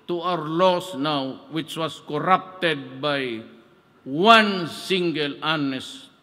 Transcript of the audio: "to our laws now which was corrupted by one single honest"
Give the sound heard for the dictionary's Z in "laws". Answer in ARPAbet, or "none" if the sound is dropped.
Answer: S